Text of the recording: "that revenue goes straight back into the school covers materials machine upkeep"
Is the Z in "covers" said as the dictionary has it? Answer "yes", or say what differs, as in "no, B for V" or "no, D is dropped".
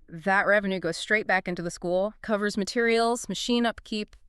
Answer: yes